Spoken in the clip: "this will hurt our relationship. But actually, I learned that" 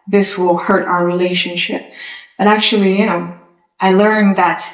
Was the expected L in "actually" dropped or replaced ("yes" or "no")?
yes